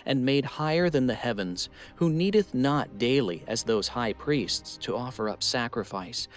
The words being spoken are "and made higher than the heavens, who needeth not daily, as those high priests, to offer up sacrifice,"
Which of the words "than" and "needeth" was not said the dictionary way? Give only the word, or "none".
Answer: none